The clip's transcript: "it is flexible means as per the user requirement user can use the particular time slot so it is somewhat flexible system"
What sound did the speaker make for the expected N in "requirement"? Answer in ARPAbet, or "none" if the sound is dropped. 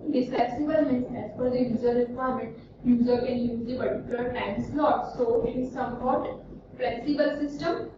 none